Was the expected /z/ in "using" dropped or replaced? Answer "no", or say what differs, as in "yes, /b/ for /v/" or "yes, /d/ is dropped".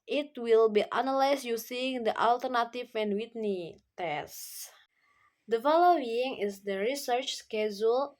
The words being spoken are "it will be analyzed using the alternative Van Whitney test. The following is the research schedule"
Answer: yes, /s/ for /z/